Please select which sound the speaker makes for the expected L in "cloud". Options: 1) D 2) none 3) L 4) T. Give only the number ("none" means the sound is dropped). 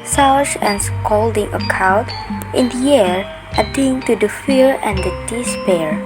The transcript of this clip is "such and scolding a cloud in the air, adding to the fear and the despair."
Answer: 2